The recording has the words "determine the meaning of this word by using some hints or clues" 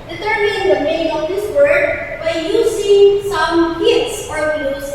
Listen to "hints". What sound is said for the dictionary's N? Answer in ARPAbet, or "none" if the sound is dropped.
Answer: none